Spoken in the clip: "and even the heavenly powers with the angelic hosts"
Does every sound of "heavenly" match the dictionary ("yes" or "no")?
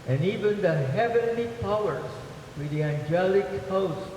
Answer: yes